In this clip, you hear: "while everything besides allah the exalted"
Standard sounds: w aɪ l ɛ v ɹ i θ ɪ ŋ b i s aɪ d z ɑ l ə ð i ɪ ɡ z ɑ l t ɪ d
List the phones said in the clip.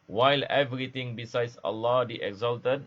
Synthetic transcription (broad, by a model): w aɪ l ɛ v ɹ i t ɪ ŋ b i s aɪ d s ɑ l ə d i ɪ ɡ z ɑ l t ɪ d